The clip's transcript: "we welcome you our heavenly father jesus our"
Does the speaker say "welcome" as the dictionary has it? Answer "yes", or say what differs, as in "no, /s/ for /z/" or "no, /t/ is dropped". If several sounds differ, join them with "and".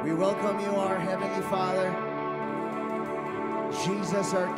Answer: yes